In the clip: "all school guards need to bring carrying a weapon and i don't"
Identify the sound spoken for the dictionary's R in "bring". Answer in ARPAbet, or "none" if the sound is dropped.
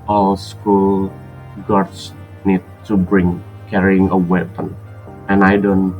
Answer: R